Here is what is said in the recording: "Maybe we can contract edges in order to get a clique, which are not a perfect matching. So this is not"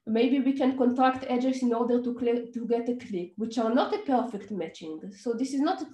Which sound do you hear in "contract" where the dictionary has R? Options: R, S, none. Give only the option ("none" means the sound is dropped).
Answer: R